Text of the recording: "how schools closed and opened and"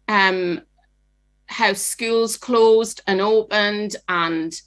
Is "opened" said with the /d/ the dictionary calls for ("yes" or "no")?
yes